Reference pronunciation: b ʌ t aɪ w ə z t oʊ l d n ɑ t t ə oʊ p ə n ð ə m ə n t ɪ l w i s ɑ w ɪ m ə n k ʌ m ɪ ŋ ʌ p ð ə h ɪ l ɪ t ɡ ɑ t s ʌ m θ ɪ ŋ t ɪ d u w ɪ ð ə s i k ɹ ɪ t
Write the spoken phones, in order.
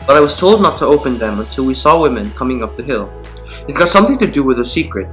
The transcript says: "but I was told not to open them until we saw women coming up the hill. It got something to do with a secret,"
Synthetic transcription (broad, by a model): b ʌ t aɪ w ə z t oʊ l d n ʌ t t ə oʊ p ə n ð ə m ə n t ɪ l w i s ɑ w ɪ m ə n k ʌ m ɪ ŋ ʌ p ð ə h ɪ l ɪ t ɡ ɑ t s ʌ m θ ɪ ŋ t ɪ d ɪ w ɪ ð ə s i k ɹ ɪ t